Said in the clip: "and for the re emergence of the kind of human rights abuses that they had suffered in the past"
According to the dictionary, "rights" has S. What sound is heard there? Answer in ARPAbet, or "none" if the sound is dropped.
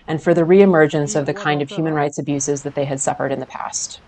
S